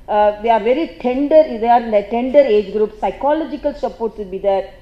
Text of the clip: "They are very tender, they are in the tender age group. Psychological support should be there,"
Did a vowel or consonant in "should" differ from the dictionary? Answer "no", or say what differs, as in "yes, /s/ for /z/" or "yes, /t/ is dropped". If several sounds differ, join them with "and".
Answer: yes, /s/ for /ʃ/